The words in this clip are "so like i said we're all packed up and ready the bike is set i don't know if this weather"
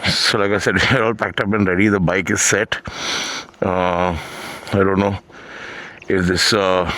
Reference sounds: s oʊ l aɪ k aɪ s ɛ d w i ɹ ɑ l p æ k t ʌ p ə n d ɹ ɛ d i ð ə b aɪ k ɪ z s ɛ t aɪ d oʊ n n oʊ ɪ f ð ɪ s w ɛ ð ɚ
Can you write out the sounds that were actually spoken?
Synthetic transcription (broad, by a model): s oʊ l aɪ k aɪ s ɛ d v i ɹ ɑ l p æ k t ʌ p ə n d ɹ ɛ d i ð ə b aɪ k ɪ z s ɛ t aɪ d oʊ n n oʊ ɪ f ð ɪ s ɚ